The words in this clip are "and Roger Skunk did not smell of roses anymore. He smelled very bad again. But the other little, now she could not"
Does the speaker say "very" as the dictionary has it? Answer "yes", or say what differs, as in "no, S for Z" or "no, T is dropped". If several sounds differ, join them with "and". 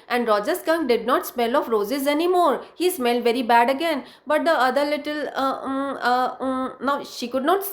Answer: yes